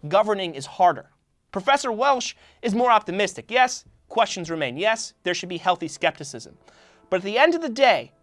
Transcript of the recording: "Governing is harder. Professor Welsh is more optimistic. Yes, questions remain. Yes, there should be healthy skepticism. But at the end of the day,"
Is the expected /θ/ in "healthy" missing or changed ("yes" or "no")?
no